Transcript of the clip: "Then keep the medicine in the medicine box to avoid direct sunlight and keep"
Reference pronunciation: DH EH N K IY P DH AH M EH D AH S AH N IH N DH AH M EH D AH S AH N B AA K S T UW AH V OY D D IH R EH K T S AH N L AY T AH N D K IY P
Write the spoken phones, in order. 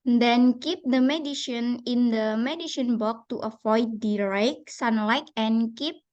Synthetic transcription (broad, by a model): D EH N K IY P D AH M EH D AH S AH N IH N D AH M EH D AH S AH N B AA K T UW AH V OY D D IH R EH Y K S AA N L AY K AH N K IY P